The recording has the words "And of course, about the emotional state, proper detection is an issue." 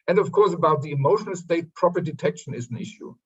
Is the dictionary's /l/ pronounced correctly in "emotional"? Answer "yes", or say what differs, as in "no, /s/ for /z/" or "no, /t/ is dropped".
yes